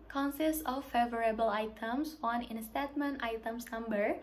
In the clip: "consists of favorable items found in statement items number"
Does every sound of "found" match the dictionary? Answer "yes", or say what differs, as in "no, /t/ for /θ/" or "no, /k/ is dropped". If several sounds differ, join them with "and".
no, /d/ is dropped